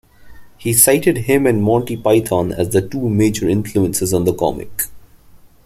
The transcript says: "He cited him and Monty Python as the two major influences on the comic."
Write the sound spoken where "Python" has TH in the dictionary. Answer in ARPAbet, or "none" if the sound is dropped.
T